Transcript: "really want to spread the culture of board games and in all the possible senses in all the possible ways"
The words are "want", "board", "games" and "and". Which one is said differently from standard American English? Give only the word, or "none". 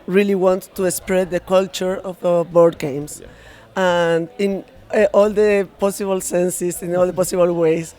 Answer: games